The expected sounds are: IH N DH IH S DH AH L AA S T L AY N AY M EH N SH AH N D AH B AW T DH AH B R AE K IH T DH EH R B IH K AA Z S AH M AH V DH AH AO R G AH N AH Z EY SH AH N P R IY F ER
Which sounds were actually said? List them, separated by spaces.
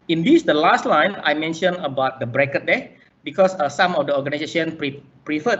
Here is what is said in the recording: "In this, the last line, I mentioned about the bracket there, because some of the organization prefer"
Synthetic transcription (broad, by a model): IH N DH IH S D AH L AA S T L AY N AY M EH N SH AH N AH B AW T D AH B R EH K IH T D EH B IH K AA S S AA M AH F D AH AO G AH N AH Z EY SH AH N P R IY F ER